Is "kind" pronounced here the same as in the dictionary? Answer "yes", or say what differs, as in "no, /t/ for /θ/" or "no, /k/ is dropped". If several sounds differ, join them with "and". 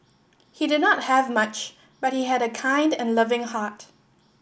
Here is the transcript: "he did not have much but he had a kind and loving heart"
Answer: yes